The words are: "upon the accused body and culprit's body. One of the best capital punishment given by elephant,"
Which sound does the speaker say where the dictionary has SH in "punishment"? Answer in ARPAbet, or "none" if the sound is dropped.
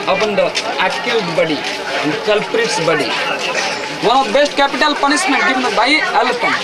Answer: S